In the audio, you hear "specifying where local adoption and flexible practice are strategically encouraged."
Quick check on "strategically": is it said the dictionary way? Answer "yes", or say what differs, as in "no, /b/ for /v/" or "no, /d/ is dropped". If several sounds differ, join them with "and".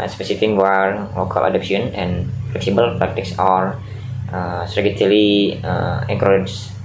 no, /k/ is dropped